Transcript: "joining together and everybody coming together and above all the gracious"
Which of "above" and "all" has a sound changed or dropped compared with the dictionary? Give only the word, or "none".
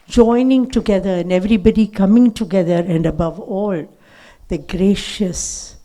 none